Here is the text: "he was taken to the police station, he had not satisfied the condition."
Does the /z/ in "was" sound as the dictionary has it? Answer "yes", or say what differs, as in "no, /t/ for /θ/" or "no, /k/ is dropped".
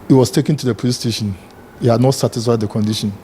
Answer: no, /s/ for /z/